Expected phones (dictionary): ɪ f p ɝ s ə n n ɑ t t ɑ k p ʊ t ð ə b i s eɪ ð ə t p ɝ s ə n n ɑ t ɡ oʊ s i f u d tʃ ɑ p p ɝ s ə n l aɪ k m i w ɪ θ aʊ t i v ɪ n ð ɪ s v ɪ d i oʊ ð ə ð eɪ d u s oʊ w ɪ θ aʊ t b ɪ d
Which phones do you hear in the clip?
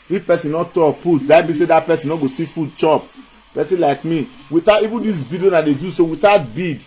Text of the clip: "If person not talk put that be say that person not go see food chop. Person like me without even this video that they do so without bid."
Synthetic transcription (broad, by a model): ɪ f p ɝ s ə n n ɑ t t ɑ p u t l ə b i s eɪ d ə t p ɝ s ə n n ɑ ɡ oʊ s i f u d tʃ ɑ p p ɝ s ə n l aɪ k m i w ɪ t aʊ i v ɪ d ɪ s b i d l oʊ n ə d eɪ d u s oʊ w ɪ t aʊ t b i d